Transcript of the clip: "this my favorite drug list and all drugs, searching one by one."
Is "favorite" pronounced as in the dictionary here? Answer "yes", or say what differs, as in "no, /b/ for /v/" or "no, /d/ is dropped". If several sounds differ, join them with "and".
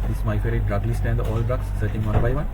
no, /v/ is dropped